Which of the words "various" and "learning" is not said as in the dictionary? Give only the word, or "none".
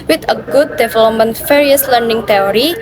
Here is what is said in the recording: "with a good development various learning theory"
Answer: various